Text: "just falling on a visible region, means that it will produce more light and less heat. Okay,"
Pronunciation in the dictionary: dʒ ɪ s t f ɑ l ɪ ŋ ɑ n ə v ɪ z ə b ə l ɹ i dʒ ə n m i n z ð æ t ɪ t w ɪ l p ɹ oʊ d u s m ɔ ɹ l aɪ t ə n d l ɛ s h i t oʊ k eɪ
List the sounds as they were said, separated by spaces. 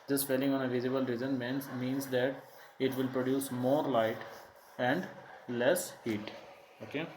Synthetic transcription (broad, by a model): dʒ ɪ s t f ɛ l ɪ ŋ ɑ n ə v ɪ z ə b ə l ɹ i z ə n m i n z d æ t ɪ t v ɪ l p ɹ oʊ d u s m ɔ ɹ l aɪ t ə n d l ɛ s h i t oʊ k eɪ